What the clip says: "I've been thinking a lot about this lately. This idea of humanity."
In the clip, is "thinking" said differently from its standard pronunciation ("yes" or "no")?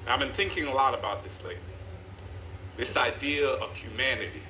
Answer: no